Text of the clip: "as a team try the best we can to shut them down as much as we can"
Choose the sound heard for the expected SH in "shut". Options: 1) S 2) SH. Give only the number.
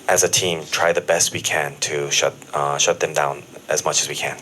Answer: 2